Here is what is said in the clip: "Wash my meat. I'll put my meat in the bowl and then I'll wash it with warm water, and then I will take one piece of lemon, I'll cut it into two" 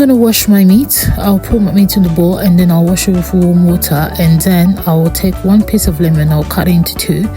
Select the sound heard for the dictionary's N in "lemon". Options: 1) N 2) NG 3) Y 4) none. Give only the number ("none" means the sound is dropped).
1